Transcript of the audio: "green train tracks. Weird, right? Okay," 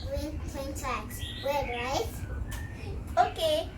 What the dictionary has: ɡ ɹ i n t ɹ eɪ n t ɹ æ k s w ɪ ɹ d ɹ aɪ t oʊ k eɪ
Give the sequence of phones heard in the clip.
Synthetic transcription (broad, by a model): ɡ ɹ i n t eɪ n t æ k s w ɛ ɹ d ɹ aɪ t oʊ k eɪ